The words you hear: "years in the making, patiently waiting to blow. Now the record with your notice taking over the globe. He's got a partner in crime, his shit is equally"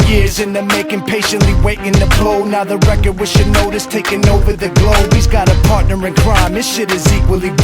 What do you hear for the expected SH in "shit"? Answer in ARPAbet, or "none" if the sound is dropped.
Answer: SH